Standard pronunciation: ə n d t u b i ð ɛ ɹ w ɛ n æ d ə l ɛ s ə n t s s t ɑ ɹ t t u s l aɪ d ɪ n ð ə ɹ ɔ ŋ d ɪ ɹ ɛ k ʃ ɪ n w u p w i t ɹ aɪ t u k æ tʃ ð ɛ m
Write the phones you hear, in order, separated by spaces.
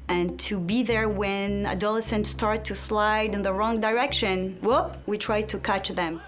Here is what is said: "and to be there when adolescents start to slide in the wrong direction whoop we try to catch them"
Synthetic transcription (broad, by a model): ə n t u b i ð ɛ ɹ w ɛ n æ d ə l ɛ s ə n t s s t ɑ ɹ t t u s l aɪ d ɪ n ð ə ɹ ɔ ŋ d ɪ ɹ ɛ k ʃ ɪ n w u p w i t ɹ aɪ t u k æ tʃ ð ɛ m